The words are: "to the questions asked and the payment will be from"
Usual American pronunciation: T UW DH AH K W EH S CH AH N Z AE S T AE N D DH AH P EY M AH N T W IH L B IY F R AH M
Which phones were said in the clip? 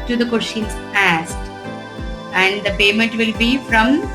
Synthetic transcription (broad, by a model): T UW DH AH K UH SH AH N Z AE S T AE N D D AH P EY M AH N T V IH L B IY F R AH M